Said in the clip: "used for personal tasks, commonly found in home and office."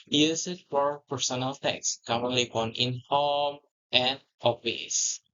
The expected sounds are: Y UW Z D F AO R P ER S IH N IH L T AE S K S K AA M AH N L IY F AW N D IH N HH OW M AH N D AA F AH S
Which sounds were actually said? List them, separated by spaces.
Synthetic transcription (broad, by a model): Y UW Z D F AO R P ER S IH N IH L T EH K S K AA M AH N L IY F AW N IH N HH OW M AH N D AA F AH S